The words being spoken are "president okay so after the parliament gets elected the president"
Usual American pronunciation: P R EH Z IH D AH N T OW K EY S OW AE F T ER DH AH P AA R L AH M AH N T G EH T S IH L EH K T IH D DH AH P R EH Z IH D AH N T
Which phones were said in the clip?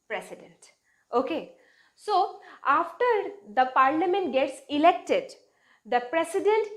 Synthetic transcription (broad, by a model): P R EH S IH D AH N T OW K EY S OW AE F T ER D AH P AA R L AH M AH N T G EH T S IH L EH K T IH D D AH P R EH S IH D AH N T